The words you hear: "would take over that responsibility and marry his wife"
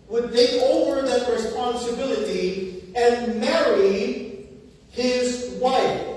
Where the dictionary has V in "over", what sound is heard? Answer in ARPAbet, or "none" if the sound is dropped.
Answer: V